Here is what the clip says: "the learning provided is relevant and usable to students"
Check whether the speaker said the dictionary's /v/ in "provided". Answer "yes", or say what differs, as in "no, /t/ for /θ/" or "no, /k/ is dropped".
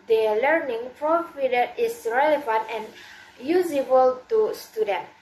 no, /f/ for /v/